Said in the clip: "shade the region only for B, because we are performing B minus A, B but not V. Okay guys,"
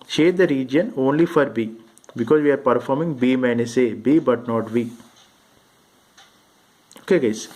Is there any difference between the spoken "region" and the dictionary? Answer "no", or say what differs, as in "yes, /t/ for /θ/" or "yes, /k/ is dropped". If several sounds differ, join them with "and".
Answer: no